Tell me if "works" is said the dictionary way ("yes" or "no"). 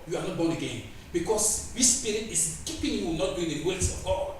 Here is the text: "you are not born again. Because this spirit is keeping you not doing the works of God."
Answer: no